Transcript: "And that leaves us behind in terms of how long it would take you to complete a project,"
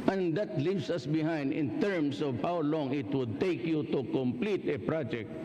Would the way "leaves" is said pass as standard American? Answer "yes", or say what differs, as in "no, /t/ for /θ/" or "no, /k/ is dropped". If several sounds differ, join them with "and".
no, /s/ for /z/